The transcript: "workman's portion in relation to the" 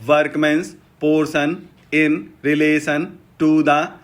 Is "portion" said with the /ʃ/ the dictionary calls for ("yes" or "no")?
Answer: no